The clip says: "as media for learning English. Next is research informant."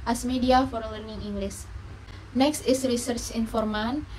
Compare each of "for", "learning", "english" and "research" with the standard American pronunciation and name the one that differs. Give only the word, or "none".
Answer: english